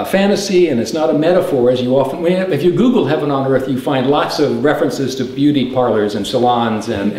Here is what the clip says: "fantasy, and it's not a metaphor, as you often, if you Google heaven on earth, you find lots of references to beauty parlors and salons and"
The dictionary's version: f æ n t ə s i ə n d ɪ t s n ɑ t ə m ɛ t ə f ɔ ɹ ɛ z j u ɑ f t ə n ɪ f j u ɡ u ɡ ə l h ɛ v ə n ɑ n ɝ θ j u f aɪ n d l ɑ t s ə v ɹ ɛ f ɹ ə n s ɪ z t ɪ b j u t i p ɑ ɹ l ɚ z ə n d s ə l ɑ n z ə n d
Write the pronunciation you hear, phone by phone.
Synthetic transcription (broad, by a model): f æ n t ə s i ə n ɪ t s n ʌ t ə m ɛ t ə f ɔ ɹ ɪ z j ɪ ɑ f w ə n ɪ f j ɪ ɡ u ɡ l h ɛ v ə n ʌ n ɝ θ j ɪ f aɪ n d l ɑ t s ə v ɹ ɛ f ɹ ə n s ɪ z t ɪ b j u t i p ɑ ɹ l ɚ z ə n s ə l ɑ n z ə n